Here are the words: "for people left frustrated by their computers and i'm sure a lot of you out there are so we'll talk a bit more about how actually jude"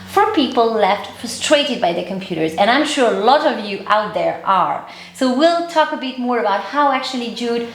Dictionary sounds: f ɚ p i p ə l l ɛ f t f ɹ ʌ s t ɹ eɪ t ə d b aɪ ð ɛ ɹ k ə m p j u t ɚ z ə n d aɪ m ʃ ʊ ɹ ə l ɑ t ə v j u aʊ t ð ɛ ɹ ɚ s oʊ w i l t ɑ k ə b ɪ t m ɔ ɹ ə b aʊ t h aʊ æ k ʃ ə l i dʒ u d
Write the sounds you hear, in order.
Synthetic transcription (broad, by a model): f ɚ p i p ə l l ɛ f t f ɹ ʌ s t ɹ eɪ t ə d b aɪ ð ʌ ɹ k ə m p j u t ɚ z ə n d aɪ m ʃ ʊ ɹ ə l ɑ t ə v j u aʊ t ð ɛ ɹ ɚ s oʊ w i l t ɑ k ə b ɪ t m ɔ ɹ ə b aʊ t h aʊ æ k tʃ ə l i dʒ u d